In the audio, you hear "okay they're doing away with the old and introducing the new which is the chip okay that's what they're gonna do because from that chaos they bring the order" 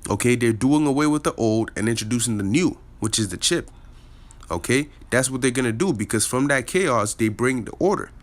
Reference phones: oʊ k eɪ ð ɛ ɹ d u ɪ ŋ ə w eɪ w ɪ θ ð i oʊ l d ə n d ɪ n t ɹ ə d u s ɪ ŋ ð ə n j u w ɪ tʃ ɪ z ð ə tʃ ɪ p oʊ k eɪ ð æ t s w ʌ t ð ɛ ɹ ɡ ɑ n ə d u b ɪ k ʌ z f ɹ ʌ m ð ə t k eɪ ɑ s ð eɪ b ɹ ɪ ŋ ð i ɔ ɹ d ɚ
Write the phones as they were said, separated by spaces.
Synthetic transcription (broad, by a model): oʊ k eɪ ð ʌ ɹ d u ɪ ŋ ə w eɪ w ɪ ð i oʊ l d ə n ɪ n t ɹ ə d u s ɪ ŋ ð ə n j u w ɪ tʃ ɪ z ð ə tʃ ɪ p oʊ k eɪ ð æ t s w ʌ t ð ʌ ɹ ɡ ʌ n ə d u b ɪ k ʌ z f ɹ ʌ m ð ə t k eɪ ɑ s ð eɪ b ɹ ɪ ŋ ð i ɔ ɹ d ɚ